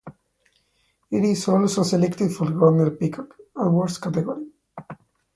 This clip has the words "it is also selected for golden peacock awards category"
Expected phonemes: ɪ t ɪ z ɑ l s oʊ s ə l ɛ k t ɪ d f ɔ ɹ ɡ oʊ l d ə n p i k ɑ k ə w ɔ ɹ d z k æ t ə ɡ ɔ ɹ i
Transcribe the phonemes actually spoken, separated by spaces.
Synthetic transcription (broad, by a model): ɪ t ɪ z ɑ l s oʊ s ə l ɛ k t ɪ d f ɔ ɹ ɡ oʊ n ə l p i k ɑ k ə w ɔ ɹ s k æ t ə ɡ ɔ ɹ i